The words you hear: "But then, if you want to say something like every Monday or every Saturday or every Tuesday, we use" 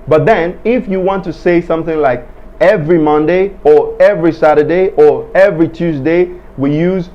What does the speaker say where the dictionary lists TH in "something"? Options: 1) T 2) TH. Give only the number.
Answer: 2